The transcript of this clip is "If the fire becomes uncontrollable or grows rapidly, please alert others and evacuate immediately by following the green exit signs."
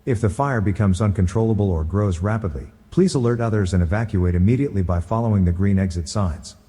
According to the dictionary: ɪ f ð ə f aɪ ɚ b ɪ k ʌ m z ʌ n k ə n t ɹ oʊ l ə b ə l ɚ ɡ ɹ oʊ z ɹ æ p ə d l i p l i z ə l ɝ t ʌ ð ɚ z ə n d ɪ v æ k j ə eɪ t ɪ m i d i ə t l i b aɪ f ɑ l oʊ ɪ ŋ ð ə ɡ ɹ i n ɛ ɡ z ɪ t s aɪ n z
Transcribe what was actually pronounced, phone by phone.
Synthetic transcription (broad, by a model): ɪ f ð ə f aɪ ɚ b ɪ k ʌ m z ʌ n k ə n t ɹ oʊ l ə b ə l ɚ ɡ ɹ oʊ z ɹ æ p ə d l i p l i z ə l ɝ t ʌ ð ɚ z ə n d ɪ v æ k j ə eɪ t ɪ m i d i ə t l i b aɪ f ɑ l oʊ ɪ ŋ ð ə ɡ ɹ i n ɛ ɡ z ɪ t s aɪ n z